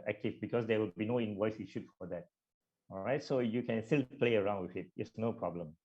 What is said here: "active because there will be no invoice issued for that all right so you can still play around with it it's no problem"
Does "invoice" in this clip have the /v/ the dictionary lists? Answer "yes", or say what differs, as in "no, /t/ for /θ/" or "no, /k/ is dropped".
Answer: no, /w/ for /v/